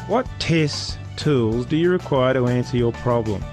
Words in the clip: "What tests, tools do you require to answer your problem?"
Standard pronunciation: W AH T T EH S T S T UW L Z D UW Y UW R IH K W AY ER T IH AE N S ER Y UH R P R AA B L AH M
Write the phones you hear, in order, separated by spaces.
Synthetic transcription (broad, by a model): W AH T T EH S S T UW L Z D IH Y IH R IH K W AY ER T IH AE N S ER Y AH R P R AA B L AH M